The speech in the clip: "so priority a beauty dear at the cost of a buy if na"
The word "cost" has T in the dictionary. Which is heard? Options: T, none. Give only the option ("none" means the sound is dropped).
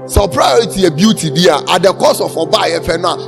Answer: none